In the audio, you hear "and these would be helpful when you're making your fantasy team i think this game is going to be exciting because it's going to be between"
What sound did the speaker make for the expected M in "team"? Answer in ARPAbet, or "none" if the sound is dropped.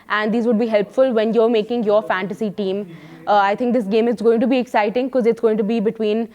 M